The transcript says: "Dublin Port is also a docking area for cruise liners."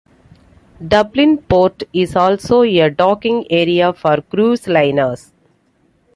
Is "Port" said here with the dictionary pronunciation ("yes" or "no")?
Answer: yes